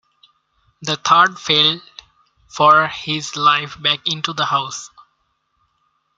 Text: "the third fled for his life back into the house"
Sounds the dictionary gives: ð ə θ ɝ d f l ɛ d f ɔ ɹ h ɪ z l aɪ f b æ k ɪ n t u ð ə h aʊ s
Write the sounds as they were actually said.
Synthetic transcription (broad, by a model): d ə t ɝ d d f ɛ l f ɔ ɹ h ɪ z l aɪ f b æ k ɪ n t u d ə h aʊ s